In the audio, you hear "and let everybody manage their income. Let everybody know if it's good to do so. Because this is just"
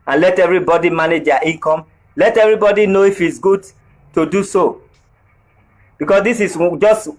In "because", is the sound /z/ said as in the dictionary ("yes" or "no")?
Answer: no